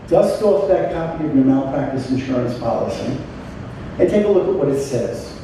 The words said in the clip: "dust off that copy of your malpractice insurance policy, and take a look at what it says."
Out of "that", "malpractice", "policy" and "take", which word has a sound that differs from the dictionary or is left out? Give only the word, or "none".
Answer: malpractice